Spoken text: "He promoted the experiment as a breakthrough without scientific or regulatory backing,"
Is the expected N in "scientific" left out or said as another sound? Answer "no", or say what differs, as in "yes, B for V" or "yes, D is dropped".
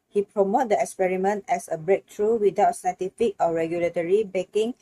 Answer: yes, N is dropped